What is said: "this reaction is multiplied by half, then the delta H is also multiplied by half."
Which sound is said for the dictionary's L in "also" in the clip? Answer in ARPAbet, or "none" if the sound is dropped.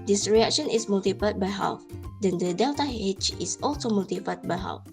L